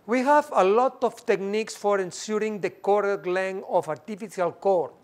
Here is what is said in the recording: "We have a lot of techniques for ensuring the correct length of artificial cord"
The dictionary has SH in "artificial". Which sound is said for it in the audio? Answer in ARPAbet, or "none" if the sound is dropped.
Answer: S